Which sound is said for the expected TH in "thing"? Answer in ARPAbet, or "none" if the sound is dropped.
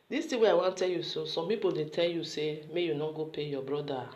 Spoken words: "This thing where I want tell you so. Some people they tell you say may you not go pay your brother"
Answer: T